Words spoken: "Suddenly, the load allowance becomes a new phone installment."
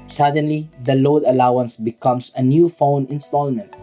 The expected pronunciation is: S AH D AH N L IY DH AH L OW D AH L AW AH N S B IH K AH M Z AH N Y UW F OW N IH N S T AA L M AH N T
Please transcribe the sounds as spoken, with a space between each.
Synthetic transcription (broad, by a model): S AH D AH N L IY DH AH L OW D AH L AW AH N S B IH K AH M S AH N Y UW F OW N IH N S T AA L M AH N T